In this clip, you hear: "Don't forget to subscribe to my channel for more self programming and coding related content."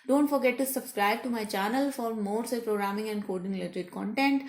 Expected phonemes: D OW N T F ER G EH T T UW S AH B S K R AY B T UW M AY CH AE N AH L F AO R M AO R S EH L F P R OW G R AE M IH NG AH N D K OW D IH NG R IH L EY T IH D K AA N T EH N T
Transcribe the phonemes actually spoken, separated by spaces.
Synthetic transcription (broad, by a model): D OW N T F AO G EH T T UW S AH B S K R AY B T UW M AY CH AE N AH L F AO R M AO R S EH P R OW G R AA M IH NG AH N D K OW D IH NG L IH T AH T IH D K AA N T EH N T